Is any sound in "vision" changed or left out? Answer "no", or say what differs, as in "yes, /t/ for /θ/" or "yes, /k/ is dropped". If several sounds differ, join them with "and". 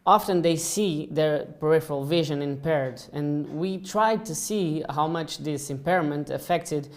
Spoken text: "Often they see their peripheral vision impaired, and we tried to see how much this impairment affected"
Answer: no